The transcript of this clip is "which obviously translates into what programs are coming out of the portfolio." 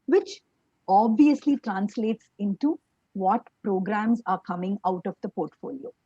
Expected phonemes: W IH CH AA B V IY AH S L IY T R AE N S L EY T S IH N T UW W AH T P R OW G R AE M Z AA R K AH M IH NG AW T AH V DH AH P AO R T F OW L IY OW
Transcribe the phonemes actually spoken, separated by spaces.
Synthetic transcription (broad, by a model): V IH CH AA B V IY AH S L IY T R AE N S L EY T S IH N T UW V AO T P R OW G R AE M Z AA R K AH M IH NG AW T AH V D AH P AO R T F OW L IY OW